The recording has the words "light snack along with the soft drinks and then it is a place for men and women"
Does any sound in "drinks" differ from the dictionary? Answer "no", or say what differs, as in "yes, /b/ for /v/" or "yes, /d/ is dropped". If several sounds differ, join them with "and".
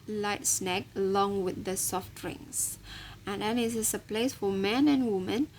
yes, /k/ is dropped